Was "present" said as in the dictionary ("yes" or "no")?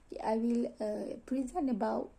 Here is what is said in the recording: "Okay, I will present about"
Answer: no